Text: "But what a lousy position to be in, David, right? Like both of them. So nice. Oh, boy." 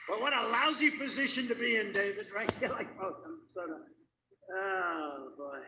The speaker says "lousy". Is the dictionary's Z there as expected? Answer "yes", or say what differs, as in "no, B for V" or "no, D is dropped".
yes